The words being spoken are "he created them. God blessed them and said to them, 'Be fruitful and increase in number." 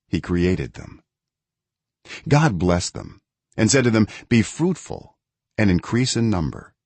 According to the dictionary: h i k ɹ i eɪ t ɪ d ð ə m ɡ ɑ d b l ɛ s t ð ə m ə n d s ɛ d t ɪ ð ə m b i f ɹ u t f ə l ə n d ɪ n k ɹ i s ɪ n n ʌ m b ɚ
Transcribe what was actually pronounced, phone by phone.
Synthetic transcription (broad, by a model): h i k ɹ i eɪ t ɪ d ð ə m ɡ ɑ d b l ɛ s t ð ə m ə n s ɛ d t ɪ ð ə m b i f ɹ u t f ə l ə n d ɪ n k ɹ i s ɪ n n ʌ m b ɚ